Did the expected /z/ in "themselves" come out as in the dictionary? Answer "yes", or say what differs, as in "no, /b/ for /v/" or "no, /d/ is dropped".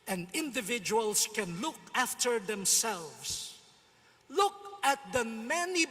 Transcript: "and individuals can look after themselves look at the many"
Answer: no, /s/ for /z/